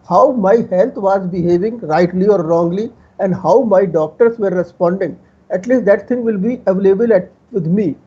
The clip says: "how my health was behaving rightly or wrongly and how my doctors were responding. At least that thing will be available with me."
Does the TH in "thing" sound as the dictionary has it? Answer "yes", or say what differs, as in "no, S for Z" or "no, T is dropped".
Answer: no, T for TH